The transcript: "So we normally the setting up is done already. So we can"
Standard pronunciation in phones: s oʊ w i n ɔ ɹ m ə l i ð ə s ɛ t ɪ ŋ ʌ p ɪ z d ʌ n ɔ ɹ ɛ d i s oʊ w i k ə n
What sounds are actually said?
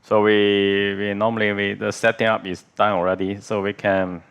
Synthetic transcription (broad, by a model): s oʊ w i n ɔ m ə l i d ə s ɛ t ɪ ŋ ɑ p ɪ s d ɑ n ɔ ɹ ɛ d i s oʊ w i k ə n